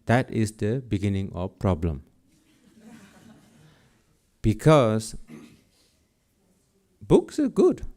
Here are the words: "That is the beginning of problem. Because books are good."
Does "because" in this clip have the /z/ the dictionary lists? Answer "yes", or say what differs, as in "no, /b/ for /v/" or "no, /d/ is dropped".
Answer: no, /s/ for /z/